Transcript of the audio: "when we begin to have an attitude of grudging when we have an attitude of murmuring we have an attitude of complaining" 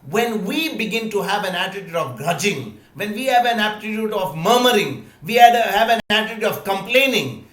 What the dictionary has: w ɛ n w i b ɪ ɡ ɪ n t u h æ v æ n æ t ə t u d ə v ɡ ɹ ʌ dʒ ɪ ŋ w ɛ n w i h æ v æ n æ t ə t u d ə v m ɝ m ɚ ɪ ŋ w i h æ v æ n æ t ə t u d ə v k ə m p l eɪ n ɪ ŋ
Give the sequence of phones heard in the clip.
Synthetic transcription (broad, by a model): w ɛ n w i b ɪ ɡ ɪ n t u h æ v æ n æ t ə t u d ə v ɡ ɹ ʌ dʒ ɪ ŋ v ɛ n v i h æ v æ n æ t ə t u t ə v m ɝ m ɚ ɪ ŋ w i h æ v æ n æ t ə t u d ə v k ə m p l eɪ n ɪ ŋ